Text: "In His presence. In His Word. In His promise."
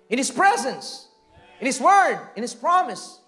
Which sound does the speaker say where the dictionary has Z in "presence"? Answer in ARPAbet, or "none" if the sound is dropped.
Z